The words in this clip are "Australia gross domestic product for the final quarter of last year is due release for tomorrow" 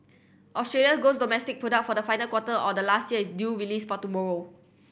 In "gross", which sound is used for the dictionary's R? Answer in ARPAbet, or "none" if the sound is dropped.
none